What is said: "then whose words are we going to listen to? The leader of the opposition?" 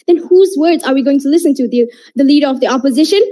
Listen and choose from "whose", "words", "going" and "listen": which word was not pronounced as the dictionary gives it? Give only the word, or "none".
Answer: none